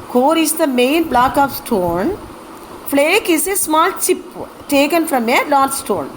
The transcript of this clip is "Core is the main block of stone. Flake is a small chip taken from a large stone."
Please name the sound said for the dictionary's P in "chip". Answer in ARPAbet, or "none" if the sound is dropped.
P